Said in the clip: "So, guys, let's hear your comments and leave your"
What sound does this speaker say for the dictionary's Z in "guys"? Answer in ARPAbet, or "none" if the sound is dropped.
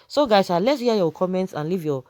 S